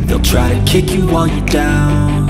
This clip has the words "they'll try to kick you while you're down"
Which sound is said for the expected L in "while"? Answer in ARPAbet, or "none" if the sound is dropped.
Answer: N